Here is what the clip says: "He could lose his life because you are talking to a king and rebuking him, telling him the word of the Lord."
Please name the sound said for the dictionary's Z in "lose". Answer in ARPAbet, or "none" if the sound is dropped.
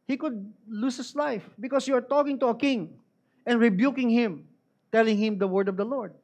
S